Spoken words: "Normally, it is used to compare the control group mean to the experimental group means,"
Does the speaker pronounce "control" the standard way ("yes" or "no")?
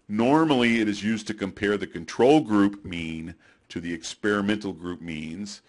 yes